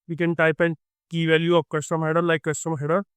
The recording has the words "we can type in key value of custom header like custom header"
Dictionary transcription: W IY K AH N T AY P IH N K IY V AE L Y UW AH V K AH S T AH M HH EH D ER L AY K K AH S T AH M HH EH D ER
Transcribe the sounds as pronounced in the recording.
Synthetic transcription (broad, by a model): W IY K AH N T AY P IH N K IY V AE L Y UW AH P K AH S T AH M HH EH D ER L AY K K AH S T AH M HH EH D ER